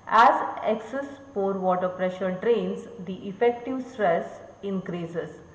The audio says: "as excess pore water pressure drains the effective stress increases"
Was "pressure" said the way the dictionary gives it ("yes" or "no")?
yes